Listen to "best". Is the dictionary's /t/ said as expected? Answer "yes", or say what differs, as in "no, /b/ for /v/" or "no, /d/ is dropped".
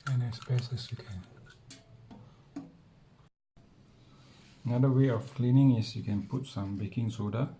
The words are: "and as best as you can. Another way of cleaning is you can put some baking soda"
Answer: no, /t/ is dropped